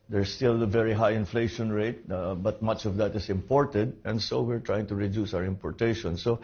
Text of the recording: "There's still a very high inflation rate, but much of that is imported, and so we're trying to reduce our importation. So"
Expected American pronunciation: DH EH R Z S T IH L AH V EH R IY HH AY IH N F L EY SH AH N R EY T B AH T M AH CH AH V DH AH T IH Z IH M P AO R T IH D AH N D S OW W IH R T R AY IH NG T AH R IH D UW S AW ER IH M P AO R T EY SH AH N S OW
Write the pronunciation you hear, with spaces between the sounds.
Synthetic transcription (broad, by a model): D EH R S T IH L AH V EH R IY HH AY IH N F L EY SH AH N R EY T B AH T M AH CH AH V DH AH T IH S IH M P AO R T IH D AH N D S OW W IH R T R AY IH NG T AH R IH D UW S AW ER IH M P AO R T EY SH AH N S OW